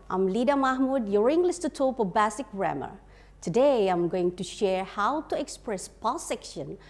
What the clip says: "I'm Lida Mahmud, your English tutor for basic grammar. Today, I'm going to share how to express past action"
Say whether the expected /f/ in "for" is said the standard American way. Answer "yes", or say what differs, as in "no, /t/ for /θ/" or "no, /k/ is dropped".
no, /p/ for /f/